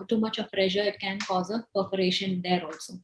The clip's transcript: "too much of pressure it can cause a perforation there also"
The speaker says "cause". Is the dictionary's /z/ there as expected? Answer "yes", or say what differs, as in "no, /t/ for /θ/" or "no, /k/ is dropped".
yes